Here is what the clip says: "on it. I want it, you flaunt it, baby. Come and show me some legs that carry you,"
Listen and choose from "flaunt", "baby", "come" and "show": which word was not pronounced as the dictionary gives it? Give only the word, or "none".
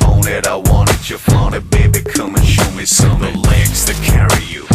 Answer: flaunt